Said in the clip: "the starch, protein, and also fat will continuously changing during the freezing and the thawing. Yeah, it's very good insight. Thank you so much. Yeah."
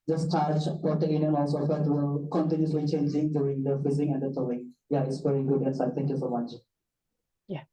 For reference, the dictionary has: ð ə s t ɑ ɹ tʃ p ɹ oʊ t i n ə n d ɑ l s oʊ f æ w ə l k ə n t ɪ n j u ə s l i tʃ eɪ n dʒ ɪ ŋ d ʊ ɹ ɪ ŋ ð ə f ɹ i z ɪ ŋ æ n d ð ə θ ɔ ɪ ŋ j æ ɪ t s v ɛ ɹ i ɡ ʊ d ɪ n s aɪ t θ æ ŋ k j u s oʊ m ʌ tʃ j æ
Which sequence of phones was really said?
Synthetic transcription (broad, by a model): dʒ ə s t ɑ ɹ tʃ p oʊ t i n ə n ɑ l s oʊ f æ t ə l k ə n t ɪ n j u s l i tʃ eɪ n dʒ ɪ ŋ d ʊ ɹ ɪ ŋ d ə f i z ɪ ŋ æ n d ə t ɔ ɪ ŋ j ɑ ɪ t s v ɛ ɹ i ɡ ʊ d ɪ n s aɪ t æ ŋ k j u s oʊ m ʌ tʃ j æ